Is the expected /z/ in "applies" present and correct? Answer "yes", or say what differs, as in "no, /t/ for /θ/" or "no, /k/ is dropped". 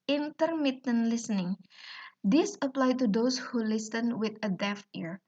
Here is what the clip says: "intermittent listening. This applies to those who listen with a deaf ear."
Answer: no, /z/ is dropped